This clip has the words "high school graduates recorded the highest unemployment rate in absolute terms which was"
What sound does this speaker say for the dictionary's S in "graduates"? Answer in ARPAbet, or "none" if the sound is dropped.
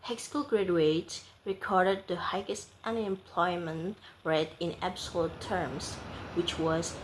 none